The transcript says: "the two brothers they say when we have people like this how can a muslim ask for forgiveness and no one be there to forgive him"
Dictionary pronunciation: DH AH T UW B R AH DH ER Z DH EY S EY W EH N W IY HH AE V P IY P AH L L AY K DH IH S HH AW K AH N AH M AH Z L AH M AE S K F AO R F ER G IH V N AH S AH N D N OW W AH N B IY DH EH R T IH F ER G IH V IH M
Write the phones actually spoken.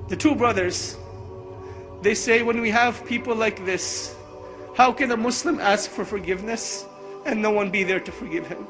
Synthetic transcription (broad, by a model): DH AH T UW B R AH DH ER Z DH EY S EY W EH N W IY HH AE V P IY P L L AY K DH IH S HH AW K AH N AH M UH S L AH M AE S K F AO R F ER G IH V N AH S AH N N OW W AH N B IY DH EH R T IH F ER G IH V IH M